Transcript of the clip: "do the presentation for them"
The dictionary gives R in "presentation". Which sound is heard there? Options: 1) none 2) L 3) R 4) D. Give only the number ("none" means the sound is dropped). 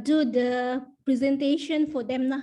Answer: 3